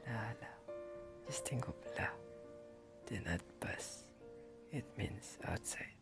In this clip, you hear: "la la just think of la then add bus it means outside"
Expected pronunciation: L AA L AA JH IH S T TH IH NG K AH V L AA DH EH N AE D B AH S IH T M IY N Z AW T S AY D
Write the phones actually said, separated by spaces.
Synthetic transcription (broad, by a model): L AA L AA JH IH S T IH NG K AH B L AA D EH N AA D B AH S IH T M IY N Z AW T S AY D